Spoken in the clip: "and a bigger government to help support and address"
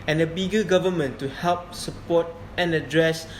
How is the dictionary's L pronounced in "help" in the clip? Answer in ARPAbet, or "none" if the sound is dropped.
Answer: L